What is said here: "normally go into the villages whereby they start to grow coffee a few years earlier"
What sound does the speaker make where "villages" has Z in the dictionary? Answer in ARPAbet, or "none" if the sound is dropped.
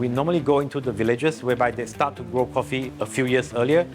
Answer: S